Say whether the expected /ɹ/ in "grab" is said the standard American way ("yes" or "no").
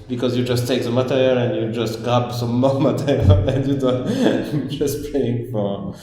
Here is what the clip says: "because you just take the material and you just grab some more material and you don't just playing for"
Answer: no